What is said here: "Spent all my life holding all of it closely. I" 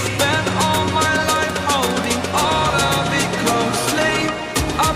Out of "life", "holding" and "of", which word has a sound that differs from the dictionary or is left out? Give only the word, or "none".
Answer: of